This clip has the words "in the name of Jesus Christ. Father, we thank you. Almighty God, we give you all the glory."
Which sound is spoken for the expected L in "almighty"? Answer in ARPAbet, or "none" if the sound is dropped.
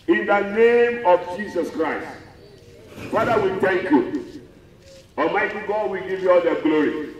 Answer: none